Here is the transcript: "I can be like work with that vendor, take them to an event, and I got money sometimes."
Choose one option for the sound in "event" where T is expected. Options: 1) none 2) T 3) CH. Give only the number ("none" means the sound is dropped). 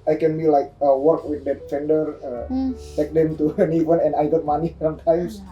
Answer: 1